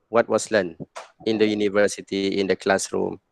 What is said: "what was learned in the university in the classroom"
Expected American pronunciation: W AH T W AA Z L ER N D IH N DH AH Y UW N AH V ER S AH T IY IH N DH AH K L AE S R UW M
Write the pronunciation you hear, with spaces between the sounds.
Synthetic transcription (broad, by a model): W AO T W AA S L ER N IH N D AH Y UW N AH V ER S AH T IY IH N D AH K L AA S R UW M